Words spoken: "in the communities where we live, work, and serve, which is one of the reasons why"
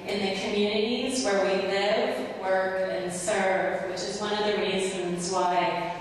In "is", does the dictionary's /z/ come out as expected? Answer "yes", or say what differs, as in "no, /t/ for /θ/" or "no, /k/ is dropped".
yes